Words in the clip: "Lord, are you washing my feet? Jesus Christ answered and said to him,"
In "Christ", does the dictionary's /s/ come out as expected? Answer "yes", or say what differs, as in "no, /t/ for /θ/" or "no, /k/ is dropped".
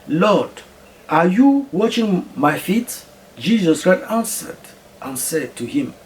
no, /s/ is dropped